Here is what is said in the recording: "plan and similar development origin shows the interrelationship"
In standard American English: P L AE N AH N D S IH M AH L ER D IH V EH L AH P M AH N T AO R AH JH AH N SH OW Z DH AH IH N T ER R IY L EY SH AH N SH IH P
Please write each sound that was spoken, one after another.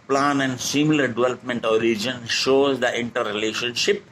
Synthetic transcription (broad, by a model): P L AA N AH N D S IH M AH L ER D IH V EH L AH P M AH N T AO R AH JH AH N SH OW Z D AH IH N T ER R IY L EY SH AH N SH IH P